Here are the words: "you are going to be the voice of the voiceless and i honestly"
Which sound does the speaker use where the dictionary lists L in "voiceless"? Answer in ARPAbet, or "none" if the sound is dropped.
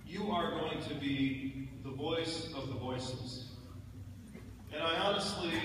none